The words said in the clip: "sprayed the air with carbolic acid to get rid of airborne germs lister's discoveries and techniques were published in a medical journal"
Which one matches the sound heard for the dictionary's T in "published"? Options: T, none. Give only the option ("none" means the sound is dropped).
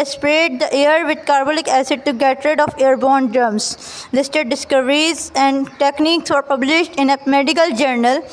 T